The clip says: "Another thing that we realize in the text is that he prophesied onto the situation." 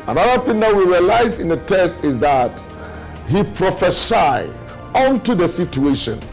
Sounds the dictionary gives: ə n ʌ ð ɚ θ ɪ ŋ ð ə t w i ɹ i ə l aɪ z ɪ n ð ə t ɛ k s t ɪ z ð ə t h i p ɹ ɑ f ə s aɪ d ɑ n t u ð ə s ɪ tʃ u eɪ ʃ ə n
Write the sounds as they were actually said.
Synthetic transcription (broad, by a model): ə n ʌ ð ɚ θ ɪ ŋ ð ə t w i ɹ i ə l aɪ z ɪ n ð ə t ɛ s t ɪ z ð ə t h i p ɹ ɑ f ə s aɪ ɑ n t u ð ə s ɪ tʃ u eɪ ʃ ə n